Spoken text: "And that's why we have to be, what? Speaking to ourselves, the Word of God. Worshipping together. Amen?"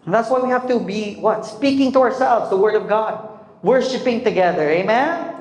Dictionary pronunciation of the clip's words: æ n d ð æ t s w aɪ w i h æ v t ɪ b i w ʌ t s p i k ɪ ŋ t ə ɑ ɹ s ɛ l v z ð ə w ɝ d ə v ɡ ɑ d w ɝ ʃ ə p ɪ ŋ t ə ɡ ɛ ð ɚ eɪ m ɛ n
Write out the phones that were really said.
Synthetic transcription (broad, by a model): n ð æ t s w aɪ w i h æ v t ɪ b i w ʌ t s p i k ɪ ŋ t ə ɑ ɹ s ɛ l v z ð ə w ɝ d ə v ɡ ɑ d w ɝ ʃ ə p ɪ ŋ t ə ɡ ɛ ð ɚ eɪ m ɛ n